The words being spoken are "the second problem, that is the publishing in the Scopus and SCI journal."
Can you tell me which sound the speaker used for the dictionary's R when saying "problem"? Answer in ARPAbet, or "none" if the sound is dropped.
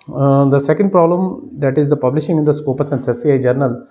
R